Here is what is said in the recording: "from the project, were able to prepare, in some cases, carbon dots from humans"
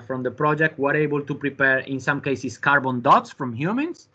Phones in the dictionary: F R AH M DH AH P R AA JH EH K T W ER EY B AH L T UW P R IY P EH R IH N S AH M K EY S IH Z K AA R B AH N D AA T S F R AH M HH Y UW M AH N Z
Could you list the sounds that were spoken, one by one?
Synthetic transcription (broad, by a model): F R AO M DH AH P R AA JH EH K T W ER EY B AH L T UW P R IY P EH R IH N S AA M K EY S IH S K AA R B AH N D AA T S F R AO M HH Y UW M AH N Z